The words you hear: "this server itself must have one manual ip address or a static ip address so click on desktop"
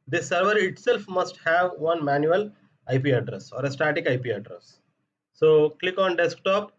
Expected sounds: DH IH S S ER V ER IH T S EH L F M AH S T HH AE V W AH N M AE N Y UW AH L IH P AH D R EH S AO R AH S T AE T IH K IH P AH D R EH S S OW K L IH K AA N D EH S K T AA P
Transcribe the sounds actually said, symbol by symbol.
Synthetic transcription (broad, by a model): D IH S S ER V ER IH T S EH L F M AH S T HH AE V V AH N M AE N Y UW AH L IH P AH D R EH S AO R AH S T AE T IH K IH P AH D R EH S S OW K L IH K AA N D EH S K T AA P